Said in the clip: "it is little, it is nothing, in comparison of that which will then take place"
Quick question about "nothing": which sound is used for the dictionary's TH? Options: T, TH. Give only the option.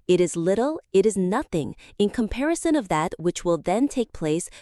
TH